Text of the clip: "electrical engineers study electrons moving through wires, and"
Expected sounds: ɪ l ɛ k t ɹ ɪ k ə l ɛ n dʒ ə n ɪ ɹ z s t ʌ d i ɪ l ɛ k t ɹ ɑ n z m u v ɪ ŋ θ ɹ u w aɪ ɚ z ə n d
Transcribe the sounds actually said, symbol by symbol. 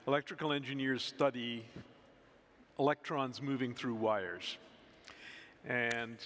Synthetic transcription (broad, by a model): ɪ l ɛ k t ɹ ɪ k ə l ɛ n dʒ ə n ɪ ɹ z s t ʌ d i ɪ l ɛ k t ɹ ɑ n z m u v ɪ ŋ θ ɹ u w aɪ ɚ z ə n